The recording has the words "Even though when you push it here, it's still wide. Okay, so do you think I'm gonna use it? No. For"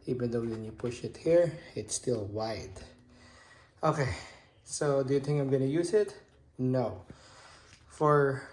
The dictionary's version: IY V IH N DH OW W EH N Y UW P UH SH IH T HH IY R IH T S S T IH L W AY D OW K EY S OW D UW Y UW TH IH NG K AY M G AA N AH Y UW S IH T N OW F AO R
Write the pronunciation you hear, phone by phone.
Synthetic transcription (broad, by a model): IY V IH N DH OW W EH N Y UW P UH SH IH T HH IY R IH T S S T IH L W AY D OW K EY S OW D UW Y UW TH IH NG K AY M G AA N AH Y UW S IH T N OW F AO R